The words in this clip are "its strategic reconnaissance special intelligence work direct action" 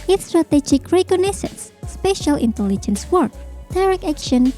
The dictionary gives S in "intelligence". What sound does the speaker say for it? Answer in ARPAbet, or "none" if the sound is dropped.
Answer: S